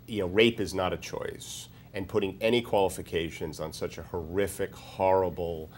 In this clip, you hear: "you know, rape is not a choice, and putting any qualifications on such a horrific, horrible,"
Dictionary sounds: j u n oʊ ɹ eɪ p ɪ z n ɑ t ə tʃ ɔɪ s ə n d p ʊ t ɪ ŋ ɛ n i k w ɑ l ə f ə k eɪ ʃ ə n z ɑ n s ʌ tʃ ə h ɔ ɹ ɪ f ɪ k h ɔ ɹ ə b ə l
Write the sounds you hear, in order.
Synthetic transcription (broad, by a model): j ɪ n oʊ ɹ eɪ p ɪ z n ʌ t ə tʃ ɔɪ s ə n p ʊ t ɪ ŋ ɛ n i k w ɑ l ə f ə k eɪ ʃ ə n z n s ʌ tʃ ə h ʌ ɹ ɪ f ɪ k h ɔ ɹ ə b l